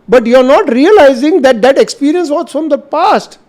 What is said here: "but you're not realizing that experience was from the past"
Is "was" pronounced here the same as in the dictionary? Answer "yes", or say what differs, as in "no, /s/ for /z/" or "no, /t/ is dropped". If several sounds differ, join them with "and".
no, /s/ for /z/